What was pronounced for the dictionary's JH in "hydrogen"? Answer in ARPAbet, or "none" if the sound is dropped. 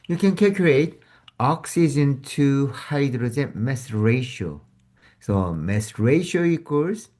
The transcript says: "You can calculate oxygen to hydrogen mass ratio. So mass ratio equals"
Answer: Z